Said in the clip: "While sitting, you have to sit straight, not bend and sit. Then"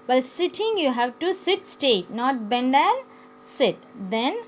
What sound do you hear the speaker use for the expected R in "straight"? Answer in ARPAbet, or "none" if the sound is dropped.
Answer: none